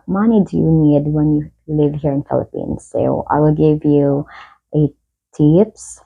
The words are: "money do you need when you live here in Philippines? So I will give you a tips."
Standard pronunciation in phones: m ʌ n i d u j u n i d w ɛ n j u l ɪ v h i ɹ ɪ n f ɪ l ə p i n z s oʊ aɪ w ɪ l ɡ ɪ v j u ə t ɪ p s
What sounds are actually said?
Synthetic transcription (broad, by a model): m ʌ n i d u j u n i d w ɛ n j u l ɪ v h i ɹ ɪ n f ɪ l ə p i n z s oʊ aɪ w ɪ l ɡ ɪ v j u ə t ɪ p s